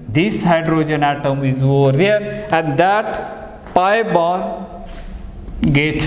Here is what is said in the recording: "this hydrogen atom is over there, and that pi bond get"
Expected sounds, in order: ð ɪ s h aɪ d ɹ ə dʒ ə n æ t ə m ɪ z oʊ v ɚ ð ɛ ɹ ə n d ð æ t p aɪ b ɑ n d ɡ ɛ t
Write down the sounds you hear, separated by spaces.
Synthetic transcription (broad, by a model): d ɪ s h aɪ d ɹ ə dʒ ə n æ t ə m ɪ z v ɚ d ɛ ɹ ə n d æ t p aɪ b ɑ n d ɡ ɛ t